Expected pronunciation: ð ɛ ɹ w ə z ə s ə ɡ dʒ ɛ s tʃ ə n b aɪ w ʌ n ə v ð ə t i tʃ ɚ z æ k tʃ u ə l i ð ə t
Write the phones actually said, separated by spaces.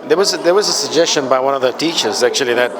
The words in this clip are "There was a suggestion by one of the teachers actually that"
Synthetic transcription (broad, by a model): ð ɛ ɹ w ə z ə s ə ɡ dʒ ɛ s tʃ ə n b aɪ w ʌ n ə v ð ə t i tʃ ɚ z æ k tʃ u ə l i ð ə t